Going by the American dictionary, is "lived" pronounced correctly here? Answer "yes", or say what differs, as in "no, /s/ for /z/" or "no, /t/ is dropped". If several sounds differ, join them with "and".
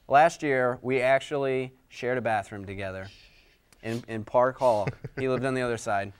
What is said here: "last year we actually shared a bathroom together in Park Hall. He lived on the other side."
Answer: yes